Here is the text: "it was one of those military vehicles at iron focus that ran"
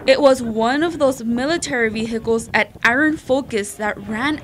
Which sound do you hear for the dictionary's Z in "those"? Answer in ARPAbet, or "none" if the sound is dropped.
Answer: Z